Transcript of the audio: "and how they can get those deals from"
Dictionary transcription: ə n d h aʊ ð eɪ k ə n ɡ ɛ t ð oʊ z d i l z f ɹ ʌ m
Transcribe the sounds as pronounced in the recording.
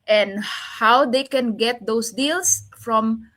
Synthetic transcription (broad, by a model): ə n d h aʊ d eɪ k ə n ɡ ɛ t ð oʊ s d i l s f ɹ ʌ m